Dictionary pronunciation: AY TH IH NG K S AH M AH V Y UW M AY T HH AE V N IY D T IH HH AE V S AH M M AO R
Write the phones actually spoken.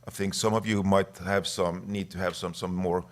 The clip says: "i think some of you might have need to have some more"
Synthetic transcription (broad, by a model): AY TH IH NG K S AH M AH V Y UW M AY T HH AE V N IY D T IH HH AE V S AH M M AO R